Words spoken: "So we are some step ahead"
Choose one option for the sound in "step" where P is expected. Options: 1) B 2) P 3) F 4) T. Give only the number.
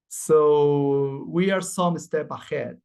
1